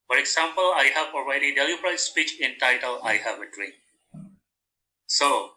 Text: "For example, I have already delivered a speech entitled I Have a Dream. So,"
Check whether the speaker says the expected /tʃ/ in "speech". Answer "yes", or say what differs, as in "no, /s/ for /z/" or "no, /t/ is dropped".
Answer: yes